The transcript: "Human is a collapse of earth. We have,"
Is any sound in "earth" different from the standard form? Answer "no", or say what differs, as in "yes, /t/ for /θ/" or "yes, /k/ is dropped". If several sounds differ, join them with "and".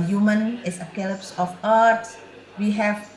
yes, /s/ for /θ/